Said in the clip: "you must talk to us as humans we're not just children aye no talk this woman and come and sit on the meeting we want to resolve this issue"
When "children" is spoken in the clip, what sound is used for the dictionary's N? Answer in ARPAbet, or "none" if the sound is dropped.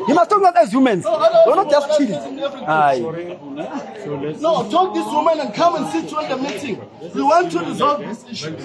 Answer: none